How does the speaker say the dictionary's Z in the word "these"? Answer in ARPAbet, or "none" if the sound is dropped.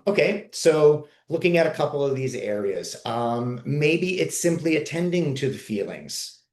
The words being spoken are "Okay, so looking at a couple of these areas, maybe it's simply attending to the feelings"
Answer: Z